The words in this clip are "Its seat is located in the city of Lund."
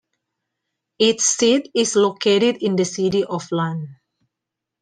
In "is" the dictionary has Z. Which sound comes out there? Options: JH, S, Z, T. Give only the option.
S